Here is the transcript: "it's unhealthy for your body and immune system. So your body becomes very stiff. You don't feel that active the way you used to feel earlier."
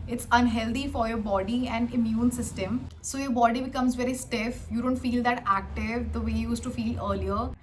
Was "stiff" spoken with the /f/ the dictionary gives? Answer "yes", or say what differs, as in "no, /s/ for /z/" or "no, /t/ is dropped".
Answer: yes